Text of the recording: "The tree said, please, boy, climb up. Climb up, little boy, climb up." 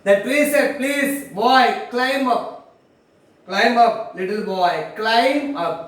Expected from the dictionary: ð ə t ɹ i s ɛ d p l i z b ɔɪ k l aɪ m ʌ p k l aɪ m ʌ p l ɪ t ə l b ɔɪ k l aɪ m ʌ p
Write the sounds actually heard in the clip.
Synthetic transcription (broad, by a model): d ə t l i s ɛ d p l i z b ɔɪ k l aɪ m ʌ p k l aɪ m ʌ p l ɪ t ə l b ɔɪ k l aɪ m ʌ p